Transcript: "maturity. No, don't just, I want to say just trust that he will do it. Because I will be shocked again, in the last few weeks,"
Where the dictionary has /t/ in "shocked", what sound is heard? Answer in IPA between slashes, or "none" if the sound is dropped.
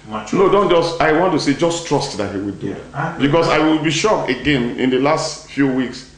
none